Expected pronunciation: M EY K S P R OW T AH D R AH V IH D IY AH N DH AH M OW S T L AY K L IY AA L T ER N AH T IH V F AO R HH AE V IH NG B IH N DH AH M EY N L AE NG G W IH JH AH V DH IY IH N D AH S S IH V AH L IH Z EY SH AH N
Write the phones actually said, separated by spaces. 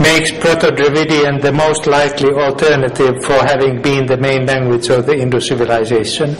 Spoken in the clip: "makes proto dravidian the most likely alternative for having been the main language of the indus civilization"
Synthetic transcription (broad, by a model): M EY K S P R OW T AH D R AH V IH D IY AH N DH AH M OW S T L AY K L IY AA L T ER N AH T IH V F AO R HH AE V IH NG B IH N DH AH M EY N L AE NG G W IH JH AH V DH IY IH N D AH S S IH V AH L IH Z EY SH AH N